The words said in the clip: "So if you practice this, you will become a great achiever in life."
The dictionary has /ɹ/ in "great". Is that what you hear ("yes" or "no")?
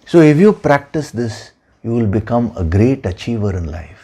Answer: yes